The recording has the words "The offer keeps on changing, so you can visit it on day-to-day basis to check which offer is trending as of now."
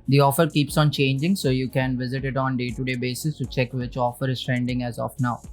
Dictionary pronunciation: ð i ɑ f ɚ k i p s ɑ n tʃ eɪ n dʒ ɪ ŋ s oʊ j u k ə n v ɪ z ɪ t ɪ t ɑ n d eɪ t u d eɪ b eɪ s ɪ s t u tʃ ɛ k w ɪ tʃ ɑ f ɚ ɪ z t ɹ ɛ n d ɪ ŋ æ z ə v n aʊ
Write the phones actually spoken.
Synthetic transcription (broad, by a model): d i ɑ f ɚ k i p s ɑ n tʃ eɪ n dʒ ɪ ŋ s oʊ j u k ə n v ɪ z ɪ t ɪ t ɑ n d eɪ t u d eɪ b eɪ s ɪ s t u tʃ ɛ k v ɪ tʃ ɑ f ɚ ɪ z t ɹ ɛ n d ɪ ŋ æ z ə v n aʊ